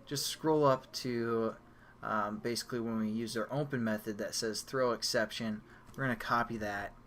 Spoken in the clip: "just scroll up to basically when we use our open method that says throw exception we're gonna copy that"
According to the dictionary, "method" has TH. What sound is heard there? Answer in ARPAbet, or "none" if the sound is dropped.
TH